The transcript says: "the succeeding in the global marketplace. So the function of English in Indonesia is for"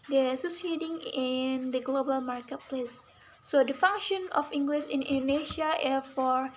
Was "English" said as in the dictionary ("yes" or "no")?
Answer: no